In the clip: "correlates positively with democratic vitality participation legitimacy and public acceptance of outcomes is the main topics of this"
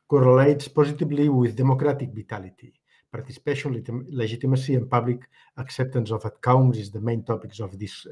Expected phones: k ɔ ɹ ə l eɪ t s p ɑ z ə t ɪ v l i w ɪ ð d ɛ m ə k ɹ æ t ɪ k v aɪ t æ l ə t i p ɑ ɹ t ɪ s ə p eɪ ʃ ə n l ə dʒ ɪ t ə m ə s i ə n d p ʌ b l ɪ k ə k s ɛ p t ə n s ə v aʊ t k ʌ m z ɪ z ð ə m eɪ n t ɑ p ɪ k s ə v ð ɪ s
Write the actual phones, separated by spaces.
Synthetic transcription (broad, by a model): k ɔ ɹ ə l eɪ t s p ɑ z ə t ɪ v l i w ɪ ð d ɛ m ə k ɹ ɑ t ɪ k b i t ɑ l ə t i p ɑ ɹ t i s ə p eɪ ʃ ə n l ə ʒ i t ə m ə s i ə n p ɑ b l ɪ k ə k s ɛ p t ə n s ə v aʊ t k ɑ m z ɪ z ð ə m eɪ n t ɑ p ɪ k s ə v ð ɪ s